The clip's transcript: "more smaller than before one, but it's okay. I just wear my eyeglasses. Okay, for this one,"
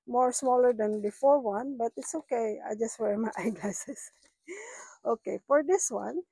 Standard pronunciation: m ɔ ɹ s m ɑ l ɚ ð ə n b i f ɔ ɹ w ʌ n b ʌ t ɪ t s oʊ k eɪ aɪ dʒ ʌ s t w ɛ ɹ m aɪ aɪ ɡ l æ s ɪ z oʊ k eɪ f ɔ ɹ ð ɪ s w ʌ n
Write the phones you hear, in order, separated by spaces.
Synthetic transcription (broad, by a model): m ɔ ɹ s m ɑ l ɚ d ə n b i f ɔ ɹ w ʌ n b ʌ t ɪ t s oʊ k eɪ aɪ dʒ ʌ s t w ɛ ɹ m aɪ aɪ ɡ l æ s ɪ s oʊ k eɪ f ɔ ɹ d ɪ s w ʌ n